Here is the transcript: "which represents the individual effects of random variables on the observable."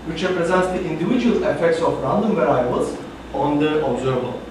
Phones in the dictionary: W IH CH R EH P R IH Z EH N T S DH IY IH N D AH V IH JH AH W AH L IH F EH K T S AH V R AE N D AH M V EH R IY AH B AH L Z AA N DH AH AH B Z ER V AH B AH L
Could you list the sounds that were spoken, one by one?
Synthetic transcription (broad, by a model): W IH CH R EH P R IH Z EH N T S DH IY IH N D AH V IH JH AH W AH L IH F EH K T S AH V R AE N D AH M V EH R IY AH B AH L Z AA N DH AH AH B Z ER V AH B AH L